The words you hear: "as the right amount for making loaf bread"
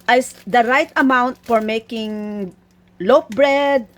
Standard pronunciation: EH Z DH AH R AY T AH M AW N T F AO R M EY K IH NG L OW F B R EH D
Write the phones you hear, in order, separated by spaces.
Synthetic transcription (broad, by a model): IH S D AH R AY T AH M AW N T F AO R M EY K IH NG L OW P B R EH D